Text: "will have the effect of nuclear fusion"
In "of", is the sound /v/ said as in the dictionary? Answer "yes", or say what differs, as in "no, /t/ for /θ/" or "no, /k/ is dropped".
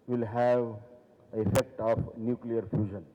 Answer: no, /p/ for /v/